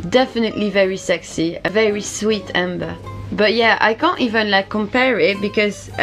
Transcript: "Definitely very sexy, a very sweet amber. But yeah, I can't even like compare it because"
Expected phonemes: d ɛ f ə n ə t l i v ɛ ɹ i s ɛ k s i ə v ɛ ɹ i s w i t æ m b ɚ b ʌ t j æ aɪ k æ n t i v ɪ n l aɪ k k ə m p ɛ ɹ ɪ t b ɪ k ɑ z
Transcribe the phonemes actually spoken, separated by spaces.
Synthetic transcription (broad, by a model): d ɛ f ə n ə t l i v ɛ ɹ i s ɛ k s i ə v ɛ ɹ i s w i t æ m b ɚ b ʌ t j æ aɪ k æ n t i v ɪ n l aɪ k k ə m p ɛ ɹ ɪ t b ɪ k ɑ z